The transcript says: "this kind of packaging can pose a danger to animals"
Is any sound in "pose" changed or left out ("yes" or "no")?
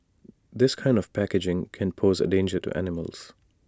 no